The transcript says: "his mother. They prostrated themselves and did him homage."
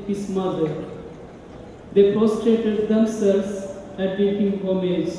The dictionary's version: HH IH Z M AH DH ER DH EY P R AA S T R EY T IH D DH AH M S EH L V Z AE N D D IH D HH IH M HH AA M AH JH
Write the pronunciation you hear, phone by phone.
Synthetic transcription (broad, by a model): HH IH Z M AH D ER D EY P R AA S T R EY T IH D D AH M S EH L Z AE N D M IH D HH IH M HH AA M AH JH